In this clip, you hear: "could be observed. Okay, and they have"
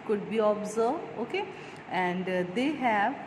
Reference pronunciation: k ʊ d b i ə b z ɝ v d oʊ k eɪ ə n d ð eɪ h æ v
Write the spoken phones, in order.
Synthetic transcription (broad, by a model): k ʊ d b i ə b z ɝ d oʊ k eɪ ə n d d eɪ h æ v